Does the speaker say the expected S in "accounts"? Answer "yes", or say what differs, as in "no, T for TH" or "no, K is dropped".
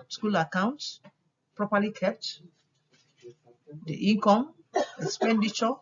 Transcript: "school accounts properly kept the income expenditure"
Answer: yes